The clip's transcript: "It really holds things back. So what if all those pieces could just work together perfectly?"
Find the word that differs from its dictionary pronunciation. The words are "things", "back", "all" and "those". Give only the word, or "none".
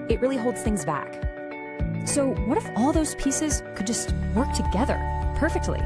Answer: none